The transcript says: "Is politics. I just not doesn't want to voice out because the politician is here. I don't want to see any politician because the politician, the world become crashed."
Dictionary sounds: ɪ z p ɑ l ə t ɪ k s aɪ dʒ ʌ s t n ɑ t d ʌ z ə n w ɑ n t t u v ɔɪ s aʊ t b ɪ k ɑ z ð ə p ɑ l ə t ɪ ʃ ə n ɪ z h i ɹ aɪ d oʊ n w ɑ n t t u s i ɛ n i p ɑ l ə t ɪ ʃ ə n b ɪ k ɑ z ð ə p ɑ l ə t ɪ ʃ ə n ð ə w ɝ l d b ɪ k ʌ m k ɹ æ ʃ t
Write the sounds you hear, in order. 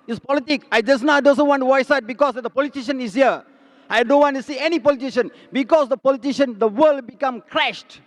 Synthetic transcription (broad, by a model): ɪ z p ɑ l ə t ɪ k aɪ dʒ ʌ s n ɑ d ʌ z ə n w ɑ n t t u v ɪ s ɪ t b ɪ k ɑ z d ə p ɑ l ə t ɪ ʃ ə n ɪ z h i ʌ aɪ d oʊ n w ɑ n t t u s i ɛ n i p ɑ l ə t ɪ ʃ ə n b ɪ k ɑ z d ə p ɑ l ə t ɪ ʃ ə n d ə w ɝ l d b ɪ k ʌ m k ɹ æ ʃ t